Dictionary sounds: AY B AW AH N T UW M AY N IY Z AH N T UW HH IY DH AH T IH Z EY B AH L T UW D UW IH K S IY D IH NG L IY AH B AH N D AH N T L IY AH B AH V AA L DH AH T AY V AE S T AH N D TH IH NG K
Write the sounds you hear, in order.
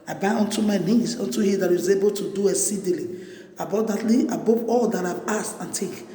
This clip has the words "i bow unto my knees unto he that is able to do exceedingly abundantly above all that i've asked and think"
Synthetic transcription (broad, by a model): AY B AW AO N T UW M AY N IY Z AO N T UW HH IY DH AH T IH Z EY B AH L T UW D UW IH S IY D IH L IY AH B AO D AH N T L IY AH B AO P AA L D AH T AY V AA S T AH N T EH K